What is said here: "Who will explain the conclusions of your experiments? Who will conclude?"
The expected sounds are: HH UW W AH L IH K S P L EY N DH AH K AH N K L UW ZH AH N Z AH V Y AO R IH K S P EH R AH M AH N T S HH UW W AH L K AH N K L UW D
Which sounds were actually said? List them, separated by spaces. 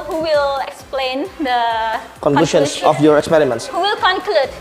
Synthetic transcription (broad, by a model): HH UW W AH L IH K S P L EY N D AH K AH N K L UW SH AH N S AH F Y AO R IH K S P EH R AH M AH N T S HH UW W AH L K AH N K L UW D